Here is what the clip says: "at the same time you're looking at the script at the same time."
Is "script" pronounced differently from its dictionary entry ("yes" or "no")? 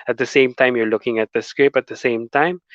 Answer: yes